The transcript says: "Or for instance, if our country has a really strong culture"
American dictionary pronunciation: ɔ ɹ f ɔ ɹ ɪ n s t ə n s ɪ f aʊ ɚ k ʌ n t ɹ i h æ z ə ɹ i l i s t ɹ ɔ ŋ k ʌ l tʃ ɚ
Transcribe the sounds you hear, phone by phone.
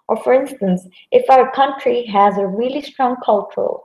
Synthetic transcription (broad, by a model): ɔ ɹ f ɔ ɹ ɪ n s t ə n s ɪ f aʊ ɚ k ʌ n t ɹ i h æ z ə ɹ i l i s t ɹ ɔ ŋ k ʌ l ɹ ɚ